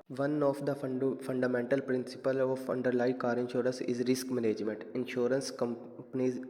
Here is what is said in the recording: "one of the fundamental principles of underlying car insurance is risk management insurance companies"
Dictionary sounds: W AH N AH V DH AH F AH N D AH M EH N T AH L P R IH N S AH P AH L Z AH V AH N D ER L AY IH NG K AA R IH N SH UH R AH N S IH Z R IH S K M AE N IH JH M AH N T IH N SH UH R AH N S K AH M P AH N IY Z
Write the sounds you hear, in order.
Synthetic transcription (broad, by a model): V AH N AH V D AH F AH N D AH M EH N T AH L P R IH N S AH P AH L AH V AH N D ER L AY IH K AA R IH N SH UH R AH N S IH Z R IH S K M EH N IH JH M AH N T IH N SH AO R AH N S K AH M P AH N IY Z